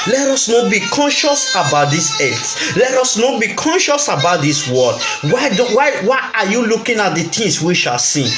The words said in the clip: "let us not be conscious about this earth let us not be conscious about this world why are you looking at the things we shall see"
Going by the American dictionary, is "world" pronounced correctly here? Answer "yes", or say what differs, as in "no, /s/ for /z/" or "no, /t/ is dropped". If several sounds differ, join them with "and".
no, /w/ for /l/